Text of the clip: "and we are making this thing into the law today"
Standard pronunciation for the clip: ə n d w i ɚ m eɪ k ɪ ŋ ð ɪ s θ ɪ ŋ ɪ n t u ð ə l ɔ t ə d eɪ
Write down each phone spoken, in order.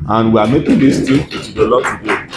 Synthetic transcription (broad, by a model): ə n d w i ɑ m eɪ k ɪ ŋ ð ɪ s t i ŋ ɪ t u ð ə l ɔ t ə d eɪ